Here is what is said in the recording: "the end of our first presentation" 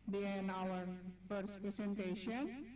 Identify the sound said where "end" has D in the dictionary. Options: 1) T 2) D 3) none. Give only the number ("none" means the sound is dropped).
3